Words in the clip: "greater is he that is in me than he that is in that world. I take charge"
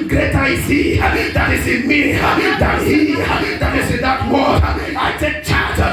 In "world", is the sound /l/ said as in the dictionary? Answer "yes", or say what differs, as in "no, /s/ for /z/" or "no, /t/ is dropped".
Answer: no, /l/ is dropped